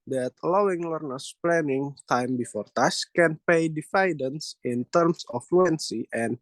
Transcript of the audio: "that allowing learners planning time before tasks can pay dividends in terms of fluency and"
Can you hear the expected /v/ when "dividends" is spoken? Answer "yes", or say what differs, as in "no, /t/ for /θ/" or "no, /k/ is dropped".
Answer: no, /f/ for /v/